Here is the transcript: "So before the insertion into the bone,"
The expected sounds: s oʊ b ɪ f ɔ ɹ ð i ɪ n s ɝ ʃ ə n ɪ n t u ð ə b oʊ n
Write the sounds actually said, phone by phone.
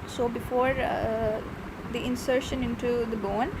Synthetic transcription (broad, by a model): s oʊ b ɪ f ɔ ɹ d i ɪ n s ɝ ʃ ə n ɪ n t u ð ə b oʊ n